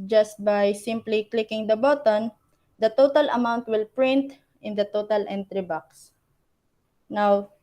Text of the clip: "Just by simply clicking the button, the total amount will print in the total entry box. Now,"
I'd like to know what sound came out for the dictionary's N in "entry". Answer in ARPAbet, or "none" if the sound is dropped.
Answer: N